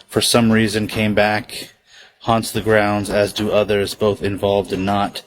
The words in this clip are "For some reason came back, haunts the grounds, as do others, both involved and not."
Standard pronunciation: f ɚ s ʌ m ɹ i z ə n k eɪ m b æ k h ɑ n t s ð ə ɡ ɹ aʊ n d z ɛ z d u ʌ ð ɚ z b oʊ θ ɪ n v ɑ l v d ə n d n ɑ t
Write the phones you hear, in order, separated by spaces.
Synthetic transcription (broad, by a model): f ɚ s ʌ m ɹ i z ə n k eɪ m b æ k h ɑ n t s ð ə ɡ ɹ aʊ n d z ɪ z d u ʌ ð ɚ z b oʊ θ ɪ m v ɑ l v d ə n n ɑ t